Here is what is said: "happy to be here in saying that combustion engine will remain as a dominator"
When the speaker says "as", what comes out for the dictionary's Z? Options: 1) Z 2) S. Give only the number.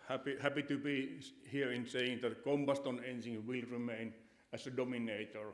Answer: 2